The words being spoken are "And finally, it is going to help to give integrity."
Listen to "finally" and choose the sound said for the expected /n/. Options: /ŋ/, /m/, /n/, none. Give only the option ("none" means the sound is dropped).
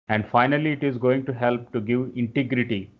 /n/